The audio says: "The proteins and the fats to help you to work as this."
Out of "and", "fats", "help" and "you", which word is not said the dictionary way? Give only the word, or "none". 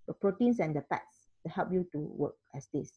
fats